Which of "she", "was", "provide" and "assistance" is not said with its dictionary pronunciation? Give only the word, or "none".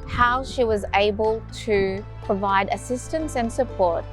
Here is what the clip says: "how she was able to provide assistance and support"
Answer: none